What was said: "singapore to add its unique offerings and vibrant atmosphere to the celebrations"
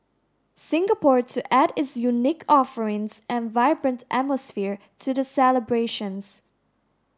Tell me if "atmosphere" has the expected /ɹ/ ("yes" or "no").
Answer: yes